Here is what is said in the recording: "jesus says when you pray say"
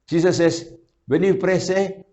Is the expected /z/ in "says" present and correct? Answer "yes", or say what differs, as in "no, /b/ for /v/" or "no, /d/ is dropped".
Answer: no, /s/ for /z/